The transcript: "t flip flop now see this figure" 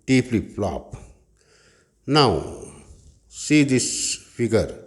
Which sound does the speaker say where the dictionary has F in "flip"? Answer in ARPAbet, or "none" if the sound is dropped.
P